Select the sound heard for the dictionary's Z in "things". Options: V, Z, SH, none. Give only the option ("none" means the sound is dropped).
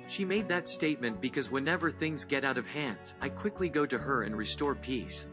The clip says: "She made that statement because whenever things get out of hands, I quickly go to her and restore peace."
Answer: Z